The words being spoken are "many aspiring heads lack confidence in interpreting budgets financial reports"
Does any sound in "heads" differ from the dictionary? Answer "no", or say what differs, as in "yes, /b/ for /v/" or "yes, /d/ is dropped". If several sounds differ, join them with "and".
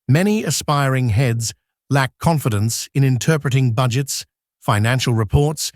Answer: no